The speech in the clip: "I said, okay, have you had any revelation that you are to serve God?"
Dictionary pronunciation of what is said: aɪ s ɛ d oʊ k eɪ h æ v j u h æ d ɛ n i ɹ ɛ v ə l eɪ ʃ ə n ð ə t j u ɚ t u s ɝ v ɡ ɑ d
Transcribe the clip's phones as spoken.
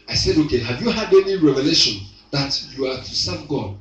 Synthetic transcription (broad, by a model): aɪ s ɛ d oʊ k eɪ h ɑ v j u h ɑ d ɛ n i ɹ ɛ v ə l eɪ ʃ ə n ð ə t j u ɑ t u s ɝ v ɡ ɑ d